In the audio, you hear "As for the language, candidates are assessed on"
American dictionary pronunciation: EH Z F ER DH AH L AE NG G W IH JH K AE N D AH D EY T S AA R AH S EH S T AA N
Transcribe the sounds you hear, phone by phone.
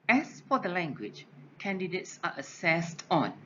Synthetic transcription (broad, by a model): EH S F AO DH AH L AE NG G W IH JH K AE N D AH D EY T S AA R AH S EH S T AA N